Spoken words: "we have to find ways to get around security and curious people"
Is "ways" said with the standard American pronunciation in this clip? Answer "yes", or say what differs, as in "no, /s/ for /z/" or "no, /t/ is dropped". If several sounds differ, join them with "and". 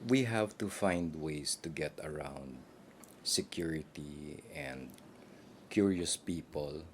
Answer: no, /s/ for /z/